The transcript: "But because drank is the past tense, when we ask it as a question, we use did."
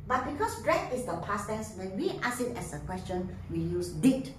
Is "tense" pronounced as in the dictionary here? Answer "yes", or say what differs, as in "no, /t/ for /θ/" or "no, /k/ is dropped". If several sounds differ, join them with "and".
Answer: no, /n/ is dropped